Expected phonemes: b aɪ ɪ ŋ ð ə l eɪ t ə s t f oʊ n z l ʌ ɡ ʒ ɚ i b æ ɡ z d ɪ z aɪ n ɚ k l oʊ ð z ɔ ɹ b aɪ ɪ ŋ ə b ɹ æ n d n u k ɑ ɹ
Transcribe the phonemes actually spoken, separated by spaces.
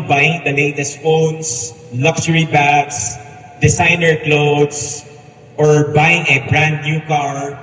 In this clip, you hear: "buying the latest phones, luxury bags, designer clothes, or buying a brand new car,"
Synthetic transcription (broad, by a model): b aɪ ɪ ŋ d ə l eɪ t ə s t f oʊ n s l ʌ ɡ s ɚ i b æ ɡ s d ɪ s aɪ n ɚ k l oʊ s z ɔ ɹ b aɪ ɪ ŋ ə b ɹ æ n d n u k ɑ ɹ